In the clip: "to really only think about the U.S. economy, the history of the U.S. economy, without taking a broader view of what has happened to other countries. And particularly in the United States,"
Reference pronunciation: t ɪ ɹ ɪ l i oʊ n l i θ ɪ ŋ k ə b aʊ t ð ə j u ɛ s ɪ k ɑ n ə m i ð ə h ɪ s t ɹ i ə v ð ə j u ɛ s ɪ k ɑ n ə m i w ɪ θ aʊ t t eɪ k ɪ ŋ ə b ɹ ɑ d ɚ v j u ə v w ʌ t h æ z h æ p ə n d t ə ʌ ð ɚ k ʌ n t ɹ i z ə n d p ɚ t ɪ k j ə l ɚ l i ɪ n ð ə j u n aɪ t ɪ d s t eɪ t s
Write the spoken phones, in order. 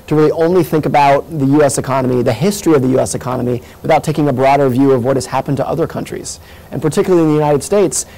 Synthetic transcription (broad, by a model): t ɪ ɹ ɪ l i oʊ n l i θ ɪ ŋ k ə b aʊ t ð ə j u ɛ s ɪ k ɑ n ə m i ð ə h ɪ s t ɹ i ə v ð ə j u ɛ s ɪ k ɑ n ə m i w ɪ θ aʊ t t eɪ k ɪ ŋ ə b ɹ ɑ d ɚ v j u ə v w ʌ t h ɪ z h æ p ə n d t ə ʌ ð ɚ k ʌ n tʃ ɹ i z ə n p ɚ t ɪ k j l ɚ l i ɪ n ð ə j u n aɪ t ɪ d s t eɪ t s